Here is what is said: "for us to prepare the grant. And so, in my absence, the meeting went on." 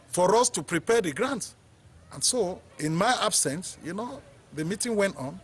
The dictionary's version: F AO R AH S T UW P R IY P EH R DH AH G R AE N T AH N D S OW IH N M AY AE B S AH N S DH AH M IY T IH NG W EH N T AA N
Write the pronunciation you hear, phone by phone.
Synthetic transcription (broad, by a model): F AO R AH S T UW P R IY P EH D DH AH G R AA N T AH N S OW IH N M AY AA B S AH N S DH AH M IY T IH NG W EH N T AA N